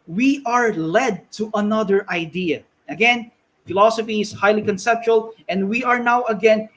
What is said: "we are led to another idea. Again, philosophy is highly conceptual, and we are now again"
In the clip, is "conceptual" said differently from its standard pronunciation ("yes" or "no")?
no